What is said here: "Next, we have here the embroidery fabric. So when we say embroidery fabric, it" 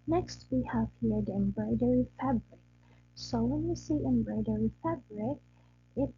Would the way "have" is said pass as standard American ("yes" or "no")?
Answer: no